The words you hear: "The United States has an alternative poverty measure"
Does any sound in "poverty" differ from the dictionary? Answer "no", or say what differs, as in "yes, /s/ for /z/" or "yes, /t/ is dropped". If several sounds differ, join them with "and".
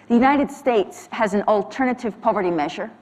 no